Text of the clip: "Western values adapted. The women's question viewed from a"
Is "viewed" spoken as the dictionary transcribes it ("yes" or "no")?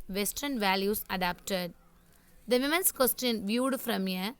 yes